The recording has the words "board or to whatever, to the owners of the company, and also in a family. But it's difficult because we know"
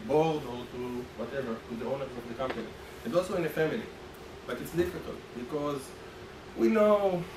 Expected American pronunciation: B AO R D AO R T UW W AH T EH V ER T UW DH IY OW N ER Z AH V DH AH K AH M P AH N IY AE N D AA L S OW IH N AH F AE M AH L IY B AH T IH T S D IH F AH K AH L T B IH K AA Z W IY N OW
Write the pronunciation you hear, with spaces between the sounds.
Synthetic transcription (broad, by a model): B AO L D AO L T UW W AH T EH V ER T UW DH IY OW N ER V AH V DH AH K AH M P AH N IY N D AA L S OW IH N AH F AE M AH L IY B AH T IH T S D IH F AH K AH L T B IH K AA Z W IY N OW